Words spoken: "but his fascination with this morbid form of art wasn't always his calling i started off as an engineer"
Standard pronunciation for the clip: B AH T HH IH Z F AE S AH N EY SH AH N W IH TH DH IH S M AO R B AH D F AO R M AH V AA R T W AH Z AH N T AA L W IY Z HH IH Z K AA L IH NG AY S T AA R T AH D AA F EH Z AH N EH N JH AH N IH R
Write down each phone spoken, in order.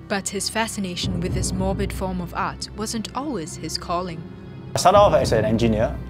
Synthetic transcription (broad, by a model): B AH T HH IH Z F AE S AH N EY SH AH N W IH DH IH S M AO R B AH D F AO R M AH V AA R T W AH Z AH N T AA L W IY Z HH IH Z K AA L IH NG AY S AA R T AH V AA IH S AH N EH N JH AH N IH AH